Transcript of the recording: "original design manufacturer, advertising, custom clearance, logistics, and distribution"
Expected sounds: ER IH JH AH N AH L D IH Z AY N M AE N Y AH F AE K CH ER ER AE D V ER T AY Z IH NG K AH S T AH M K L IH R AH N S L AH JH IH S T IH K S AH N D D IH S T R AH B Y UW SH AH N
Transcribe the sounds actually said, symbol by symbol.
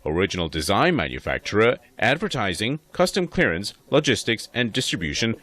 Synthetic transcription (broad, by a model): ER IH JH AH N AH L D IH Z AY N M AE N Y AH F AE K CH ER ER AE D V ER T AY Z IH NG K AH S T AH M K L IH R AH N S L AH JH IH S T IH K S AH N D D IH S T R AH B Y UW SH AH N